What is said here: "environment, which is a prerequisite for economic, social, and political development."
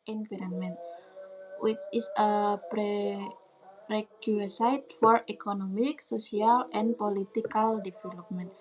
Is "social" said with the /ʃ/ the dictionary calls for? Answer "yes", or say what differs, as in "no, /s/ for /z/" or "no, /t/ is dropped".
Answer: no, /s/ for /ʃ/